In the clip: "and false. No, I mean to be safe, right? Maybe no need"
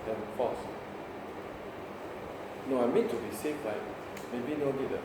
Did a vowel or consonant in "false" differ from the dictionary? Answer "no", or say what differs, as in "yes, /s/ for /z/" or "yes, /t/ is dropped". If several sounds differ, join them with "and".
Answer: yes, /l/ is dropped